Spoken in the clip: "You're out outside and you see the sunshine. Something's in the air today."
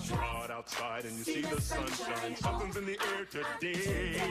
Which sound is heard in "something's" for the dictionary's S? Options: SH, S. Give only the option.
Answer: SH